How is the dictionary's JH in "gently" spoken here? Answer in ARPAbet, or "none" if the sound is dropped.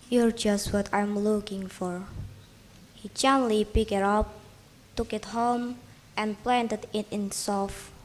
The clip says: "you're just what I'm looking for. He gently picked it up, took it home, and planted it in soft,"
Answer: CH